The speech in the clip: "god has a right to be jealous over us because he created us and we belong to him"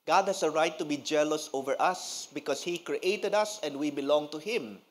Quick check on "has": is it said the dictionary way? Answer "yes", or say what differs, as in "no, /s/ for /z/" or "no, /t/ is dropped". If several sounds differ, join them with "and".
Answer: no, /s/ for /z/